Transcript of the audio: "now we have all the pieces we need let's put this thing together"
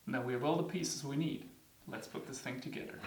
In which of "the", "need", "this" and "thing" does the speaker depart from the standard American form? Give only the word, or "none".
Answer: none